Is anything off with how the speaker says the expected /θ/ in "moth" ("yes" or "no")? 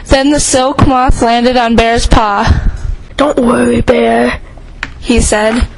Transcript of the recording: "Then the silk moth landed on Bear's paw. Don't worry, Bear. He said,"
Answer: no